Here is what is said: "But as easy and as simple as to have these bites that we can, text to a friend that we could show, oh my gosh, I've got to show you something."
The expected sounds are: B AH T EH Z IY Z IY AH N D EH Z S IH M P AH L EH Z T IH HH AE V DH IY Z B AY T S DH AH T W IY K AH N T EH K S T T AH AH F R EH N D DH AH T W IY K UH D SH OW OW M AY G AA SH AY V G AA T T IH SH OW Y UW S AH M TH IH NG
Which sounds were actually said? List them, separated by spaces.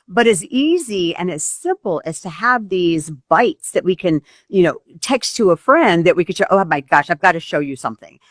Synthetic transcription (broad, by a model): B AH T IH Z IY Z IY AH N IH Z S IH M P L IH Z T IH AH V DH IY Z B AY T S DH AH T W IY K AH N T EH K S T T AH AH F R EH N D DH AH T W IY K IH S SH OW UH M AY G AA SH AY V G AA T T IH SH OW Y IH S AH M TH IH NG